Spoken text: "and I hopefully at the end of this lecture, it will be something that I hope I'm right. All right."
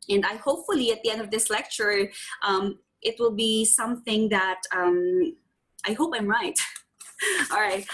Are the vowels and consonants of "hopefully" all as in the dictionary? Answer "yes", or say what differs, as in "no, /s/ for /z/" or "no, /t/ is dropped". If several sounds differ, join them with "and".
yes